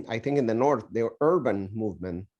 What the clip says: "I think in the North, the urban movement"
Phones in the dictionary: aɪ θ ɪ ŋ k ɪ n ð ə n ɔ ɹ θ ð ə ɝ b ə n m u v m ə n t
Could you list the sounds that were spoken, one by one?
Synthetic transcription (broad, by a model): aɪ θ ɪ ŋ k ɪ n ð ə n ɔ ɹ θ ð ə ɝ b ə n m u v m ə n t